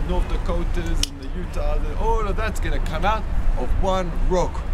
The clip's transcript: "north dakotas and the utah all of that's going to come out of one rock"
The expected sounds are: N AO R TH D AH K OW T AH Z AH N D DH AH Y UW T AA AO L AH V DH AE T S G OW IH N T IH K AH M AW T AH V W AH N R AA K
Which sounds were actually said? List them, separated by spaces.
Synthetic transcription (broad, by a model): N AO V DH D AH K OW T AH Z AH N DH AH Y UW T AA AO N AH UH DH AE T S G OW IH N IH K AH M AW T AH V W AH N R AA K